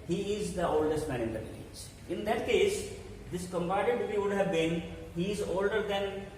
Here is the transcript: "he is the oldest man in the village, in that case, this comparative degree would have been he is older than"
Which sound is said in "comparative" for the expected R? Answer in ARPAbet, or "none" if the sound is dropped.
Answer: none